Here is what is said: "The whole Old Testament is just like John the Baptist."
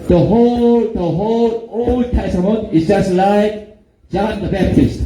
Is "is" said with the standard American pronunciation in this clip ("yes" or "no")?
no